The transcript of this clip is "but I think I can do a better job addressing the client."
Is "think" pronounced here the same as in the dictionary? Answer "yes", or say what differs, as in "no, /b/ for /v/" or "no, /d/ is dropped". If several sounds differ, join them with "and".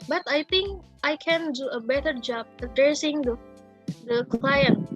no, /t/ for /θ/